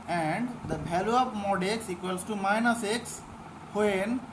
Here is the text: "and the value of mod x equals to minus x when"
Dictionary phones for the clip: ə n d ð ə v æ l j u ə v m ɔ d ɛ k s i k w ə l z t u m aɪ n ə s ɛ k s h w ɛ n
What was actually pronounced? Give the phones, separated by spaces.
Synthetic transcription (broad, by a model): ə n d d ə b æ l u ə p m ɔ d ɛ k s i k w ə l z t u m aɪ n ə s ɛ k s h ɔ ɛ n